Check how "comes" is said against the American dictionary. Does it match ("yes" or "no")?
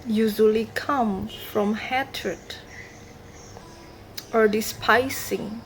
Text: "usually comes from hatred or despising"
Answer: no